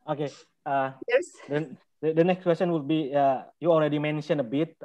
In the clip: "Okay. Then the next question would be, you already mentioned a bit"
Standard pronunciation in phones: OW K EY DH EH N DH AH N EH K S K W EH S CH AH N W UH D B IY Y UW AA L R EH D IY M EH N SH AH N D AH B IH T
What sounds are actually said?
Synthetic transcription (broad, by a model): OW K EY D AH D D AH N EH K S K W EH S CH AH N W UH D B IY Y UW AA L R EH D IY M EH N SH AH N AH B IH T